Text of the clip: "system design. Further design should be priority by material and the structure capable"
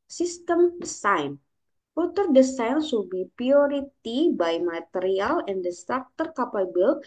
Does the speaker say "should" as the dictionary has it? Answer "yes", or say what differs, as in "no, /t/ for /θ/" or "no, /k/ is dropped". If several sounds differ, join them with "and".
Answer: no, /s/ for /ʃ/